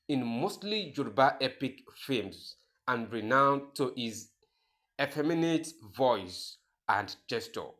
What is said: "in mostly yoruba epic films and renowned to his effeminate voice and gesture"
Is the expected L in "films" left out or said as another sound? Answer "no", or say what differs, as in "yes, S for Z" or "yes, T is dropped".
yes, L is dropped